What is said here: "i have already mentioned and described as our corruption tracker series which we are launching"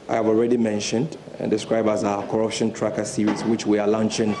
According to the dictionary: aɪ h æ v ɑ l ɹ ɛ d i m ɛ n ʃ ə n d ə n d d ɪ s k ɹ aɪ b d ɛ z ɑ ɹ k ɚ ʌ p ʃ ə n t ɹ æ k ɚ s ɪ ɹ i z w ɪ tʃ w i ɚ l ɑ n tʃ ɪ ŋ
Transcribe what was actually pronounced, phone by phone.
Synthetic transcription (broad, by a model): aɪ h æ v ɑ l ɹ ɛ d i m ɛ n ʃ ə n d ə n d d ɪ s k ɹ aɪ b d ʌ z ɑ k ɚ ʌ p ʃ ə n t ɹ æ k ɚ s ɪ ɹ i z w ɪ tʃ w i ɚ l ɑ n tʃ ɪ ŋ